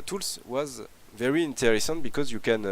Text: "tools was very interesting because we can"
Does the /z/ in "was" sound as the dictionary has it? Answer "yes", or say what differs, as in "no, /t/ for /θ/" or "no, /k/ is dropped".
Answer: yes